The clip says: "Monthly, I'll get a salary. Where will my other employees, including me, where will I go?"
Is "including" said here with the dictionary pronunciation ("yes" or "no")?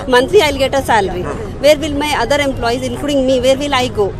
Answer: no